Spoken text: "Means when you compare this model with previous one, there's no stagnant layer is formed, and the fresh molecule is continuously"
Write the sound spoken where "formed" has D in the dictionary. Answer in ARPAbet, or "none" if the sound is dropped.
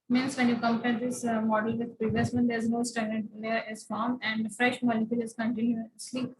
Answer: none